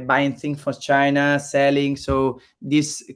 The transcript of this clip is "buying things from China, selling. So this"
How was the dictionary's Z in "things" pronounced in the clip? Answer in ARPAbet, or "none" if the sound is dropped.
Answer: none